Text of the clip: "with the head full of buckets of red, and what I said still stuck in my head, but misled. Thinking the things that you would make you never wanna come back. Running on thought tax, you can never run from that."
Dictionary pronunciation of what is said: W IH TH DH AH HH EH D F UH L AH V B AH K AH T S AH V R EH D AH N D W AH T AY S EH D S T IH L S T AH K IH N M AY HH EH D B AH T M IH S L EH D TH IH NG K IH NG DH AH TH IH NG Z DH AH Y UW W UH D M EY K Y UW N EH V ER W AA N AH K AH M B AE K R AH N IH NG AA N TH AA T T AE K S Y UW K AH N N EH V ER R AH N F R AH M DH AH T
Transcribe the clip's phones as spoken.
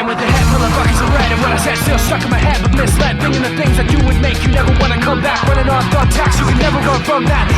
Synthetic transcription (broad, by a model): W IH DH AH HH EH D F UH L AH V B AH K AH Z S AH R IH D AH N W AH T AY S EH D S T IH L S T AH K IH M AY HH EH D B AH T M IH S L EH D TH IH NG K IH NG DH AH TH IH NG Z DH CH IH W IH D M EY K Y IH N EH V ER W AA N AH K AH M B AE K W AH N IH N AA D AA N T AE K S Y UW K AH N N EH V ER W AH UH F R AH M DH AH T